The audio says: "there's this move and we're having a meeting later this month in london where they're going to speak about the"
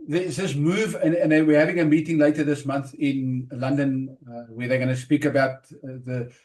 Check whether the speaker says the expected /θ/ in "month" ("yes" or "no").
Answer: yes